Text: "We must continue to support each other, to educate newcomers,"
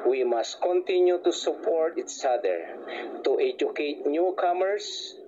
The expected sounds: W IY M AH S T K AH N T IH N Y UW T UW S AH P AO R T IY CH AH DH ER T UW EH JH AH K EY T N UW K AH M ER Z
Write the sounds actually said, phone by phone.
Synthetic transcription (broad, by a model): W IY M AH S T K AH N T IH N Y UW T UW S AH P AO R T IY S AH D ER T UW EH JH AH K EY T N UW K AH M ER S